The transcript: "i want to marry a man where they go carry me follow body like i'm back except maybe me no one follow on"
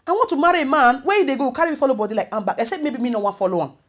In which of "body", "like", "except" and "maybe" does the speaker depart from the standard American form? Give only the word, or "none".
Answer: except